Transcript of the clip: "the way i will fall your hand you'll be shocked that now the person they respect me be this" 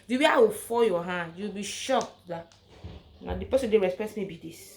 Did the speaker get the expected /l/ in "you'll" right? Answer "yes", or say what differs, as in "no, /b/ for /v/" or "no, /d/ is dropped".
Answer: no, /w/ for /l/